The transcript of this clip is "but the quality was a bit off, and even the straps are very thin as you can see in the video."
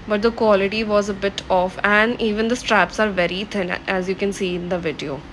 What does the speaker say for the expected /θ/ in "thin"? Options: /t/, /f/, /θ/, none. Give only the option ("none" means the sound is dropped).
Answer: /t/